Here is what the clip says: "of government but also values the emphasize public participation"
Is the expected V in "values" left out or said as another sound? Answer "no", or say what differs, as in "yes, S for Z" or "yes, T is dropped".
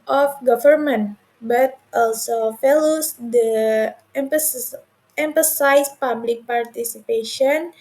yes, F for V